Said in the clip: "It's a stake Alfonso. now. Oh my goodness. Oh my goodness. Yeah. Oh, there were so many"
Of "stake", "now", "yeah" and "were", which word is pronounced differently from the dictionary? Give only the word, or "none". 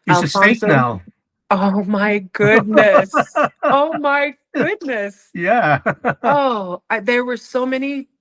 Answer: stake